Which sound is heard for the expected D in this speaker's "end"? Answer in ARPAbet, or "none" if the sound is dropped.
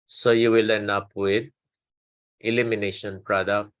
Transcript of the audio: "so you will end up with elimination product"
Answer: none